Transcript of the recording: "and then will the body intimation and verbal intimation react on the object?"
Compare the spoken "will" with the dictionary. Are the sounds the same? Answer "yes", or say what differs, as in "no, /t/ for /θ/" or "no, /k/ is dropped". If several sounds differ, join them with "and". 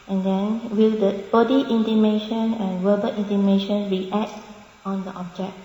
yes